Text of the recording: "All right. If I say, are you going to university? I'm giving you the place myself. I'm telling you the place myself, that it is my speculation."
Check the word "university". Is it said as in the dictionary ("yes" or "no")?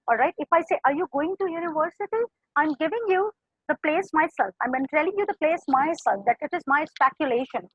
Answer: yes